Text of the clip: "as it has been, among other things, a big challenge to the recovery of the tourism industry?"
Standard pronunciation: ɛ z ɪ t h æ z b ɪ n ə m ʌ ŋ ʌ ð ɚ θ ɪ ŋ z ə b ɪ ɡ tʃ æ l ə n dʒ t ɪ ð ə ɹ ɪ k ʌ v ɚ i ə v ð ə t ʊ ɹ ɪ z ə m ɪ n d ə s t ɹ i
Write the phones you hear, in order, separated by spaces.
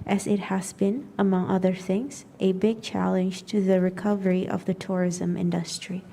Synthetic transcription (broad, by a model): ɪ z ɪ t h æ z b ɪ n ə m ʌ ŋ ʌ ð ɚ θ ɪ ŋ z ə b ɪ ɡ tʃ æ l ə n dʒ t ɪ ð ə ɹ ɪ k ʌ v ɚ i ə v ð ə t ʊ ɹ ɪ z ə m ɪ n d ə s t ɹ i